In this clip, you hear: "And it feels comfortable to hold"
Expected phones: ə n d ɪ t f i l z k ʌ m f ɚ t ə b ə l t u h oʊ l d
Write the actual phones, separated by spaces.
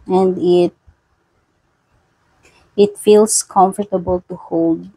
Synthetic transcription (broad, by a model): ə n d ɪ t f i l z k ʌ m f ɚ t ə b ə l t u h oʊ l d